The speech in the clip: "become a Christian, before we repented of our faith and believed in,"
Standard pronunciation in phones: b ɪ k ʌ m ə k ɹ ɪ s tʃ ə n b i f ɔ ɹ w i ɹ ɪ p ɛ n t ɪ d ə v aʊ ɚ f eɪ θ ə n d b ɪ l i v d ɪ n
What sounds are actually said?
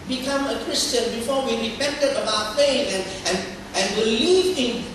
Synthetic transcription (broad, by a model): b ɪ k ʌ m ə k ɹ ɪ s tʃ ə n b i f ɔ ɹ w i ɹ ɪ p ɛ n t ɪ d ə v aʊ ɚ p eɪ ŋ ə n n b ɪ l i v ɪ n